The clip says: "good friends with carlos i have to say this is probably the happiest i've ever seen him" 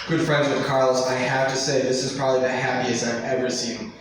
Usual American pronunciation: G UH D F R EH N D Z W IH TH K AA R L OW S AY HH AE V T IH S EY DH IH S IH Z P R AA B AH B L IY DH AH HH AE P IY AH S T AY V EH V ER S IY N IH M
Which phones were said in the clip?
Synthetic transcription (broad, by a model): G UH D F R EH N D Z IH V K AA R L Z AY HH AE F T IH S EY DH IH S IH Z P R AA B AH B L IY DH AH HH AE P IY AH S T AY V EH V ER S IY N